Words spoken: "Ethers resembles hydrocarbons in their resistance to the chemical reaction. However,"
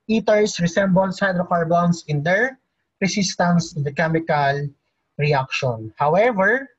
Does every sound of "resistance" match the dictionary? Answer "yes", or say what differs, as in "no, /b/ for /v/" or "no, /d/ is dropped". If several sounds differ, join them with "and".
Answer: no, /s/ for /z/